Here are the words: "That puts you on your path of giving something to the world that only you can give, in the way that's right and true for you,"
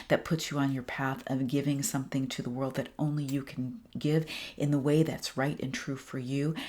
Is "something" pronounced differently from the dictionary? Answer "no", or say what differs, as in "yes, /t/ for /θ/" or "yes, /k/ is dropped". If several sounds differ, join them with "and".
no